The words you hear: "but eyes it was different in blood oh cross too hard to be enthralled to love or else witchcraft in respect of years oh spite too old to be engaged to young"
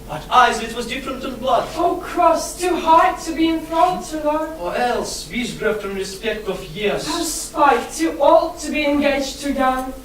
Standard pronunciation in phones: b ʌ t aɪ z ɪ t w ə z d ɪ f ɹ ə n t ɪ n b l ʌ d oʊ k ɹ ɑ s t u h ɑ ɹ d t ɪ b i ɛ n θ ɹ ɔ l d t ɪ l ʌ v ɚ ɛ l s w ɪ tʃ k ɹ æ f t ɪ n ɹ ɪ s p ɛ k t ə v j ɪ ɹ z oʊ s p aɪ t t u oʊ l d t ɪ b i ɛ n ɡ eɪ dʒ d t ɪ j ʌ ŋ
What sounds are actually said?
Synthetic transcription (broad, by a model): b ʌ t aɪ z ɪ t w ə z d ɪ f ɹ ə n t ɪ n b l ʌ d oʊ k ɹ ɑ s t u h ɑ ɹ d t ɪ b i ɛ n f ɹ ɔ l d t ɪ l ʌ ɚ ɛ l s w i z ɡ ɹ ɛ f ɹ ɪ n ɹ ɪ s p ɛ k t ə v j ɪ ɹ z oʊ s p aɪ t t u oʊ l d t ɪ b i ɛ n ɡ eɪ dʒ t ɪ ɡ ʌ